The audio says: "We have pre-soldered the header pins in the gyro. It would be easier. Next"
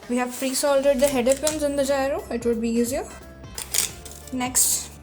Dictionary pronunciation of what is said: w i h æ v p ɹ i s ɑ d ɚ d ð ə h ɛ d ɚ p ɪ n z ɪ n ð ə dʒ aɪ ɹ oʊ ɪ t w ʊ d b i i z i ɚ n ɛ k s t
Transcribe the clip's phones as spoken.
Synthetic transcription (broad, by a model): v i h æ v f ɹ i s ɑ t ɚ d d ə h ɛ d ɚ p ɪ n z ɪ n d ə dʒ aɪ ɹ oʊ ɪ t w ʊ d b i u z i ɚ n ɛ k s t